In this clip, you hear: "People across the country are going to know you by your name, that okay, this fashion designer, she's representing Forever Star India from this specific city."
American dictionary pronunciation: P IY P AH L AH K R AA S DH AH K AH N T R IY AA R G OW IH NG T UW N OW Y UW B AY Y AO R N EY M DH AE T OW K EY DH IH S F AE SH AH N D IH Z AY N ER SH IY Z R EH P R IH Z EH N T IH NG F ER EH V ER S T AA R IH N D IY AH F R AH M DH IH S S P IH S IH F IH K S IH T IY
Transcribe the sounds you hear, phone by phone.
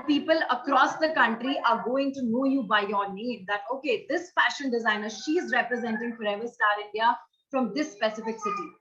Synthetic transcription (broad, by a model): P IY P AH L AH K R AA S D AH K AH N T R IY AA R G OW IH NG T UW N OW Y UW B AY Y AO R N EY M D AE T OW K EY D IH S F AE SH AH N D IH Z AY N ER SH IY Z R EH P R IH Z EH N T IH NG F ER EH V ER S T AA R IH N D IY AH F R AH M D IH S S P IH S IH F IH K S IH T IY